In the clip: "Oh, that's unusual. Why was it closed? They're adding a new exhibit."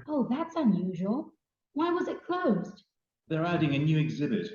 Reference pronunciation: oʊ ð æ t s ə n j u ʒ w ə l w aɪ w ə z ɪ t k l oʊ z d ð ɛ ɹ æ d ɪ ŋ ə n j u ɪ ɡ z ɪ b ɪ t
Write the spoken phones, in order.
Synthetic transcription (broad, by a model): oʊ ð æ t s ə n j u ʒ w ə l w aɪ w ə z ɪ t k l oʊ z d ð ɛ ɹ æ d ɪ ŋ ə n j u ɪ ɡ z ɪ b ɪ t